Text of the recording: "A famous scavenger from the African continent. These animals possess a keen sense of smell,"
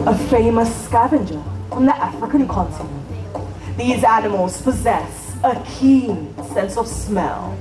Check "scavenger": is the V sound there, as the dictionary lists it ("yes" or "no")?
yes